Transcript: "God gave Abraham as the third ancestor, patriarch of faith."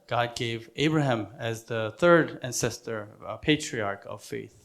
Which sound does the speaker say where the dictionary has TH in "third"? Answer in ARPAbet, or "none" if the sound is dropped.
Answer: TH